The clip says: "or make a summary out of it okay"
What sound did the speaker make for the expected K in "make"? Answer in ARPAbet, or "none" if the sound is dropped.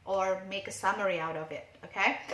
K